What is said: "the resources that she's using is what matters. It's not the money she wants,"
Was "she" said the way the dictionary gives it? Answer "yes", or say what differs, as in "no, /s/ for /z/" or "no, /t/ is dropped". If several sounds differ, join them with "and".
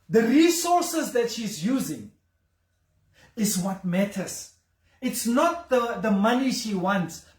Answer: yes